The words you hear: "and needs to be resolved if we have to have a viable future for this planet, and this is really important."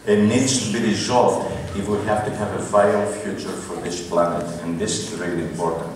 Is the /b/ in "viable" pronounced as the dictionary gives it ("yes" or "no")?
no